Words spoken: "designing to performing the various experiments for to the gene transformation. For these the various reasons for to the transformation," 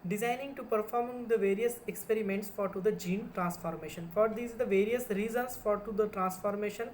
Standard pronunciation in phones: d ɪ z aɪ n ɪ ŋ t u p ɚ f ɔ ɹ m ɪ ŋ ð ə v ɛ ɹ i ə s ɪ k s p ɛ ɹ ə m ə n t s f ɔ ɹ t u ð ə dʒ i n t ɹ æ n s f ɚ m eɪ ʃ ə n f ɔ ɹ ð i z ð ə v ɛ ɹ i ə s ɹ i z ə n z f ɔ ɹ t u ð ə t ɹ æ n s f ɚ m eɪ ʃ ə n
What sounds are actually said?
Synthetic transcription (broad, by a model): d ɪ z aɪ n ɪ ŋ t u p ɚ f ɔ ɹ m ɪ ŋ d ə v ɛ ɹ i ə s ɪ k s p ɛ ɹ ə m ə n t s f ɔ ɹ t u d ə dʒ i n t ɹ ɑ n s f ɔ m eɪ ʃ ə n f ɔ ɹ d i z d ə v ɛ ɹ i ə s ɹ i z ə n s f ɔ ɹ t u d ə t ɹ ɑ n s f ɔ m eɪ ʃ ə n